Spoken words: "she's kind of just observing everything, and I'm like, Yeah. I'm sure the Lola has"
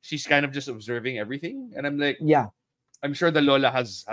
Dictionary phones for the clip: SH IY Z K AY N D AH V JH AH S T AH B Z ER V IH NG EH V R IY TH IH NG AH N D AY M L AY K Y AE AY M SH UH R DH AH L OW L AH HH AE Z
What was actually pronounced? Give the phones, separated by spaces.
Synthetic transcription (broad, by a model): SH IY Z K AY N D AH V JH AH S T AH B Z ER V IH NG EH V R IY TH IH NG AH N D AY M L AY K Y AE AY M SH UH R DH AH L OW L AH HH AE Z